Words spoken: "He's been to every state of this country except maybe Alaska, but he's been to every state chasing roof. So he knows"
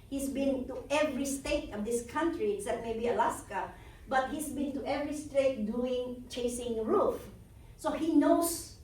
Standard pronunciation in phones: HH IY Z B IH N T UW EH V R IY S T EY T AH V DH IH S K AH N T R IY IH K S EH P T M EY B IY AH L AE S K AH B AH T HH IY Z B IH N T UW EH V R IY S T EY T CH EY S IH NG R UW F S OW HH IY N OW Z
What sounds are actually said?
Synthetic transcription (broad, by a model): HH IY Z B IH N T UW EH V R IY S T EY T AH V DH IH S K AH N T R IY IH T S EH T M EY B IY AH L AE S K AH B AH T HH IY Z B IH N T UW EH V R IY S T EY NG CH EY S IH NG R UW F S OW HH IY N OW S